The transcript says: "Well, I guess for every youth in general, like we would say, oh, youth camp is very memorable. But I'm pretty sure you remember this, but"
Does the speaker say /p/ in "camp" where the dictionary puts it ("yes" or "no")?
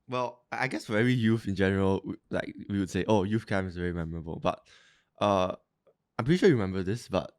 no